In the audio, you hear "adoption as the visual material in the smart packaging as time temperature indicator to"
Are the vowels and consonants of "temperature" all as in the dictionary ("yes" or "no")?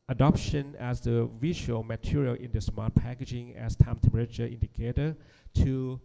no